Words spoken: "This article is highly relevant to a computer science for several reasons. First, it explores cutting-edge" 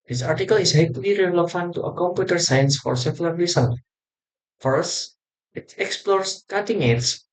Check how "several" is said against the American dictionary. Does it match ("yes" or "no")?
no